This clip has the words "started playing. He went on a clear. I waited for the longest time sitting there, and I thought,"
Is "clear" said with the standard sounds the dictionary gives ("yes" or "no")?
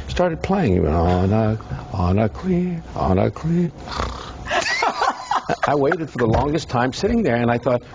no